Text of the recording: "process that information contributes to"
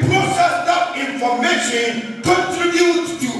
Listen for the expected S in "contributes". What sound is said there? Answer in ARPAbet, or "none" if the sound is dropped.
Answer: none